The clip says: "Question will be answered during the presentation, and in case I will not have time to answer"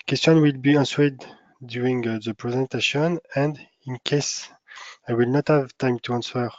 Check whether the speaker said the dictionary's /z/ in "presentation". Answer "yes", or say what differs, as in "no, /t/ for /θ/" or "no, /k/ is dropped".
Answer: yes